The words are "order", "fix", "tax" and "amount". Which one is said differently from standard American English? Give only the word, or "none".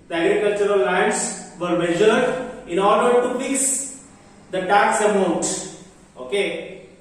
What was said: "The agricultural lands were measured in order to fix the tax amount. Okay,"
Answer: fix